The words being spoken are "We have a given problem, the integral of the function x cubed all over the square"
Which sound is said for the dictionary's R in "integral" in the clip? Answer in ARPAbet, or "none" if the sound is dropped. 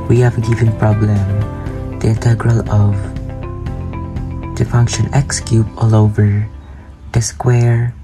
R